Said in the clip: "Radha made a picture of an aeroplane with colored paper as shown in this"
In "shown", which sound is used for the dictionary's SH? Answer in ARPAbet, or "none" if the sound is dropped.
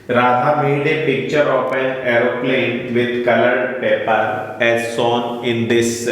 S